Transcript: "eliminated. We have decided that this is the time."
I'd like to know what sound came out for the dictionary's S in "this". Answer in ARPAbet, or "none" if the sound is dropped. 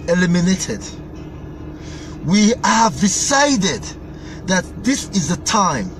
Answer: S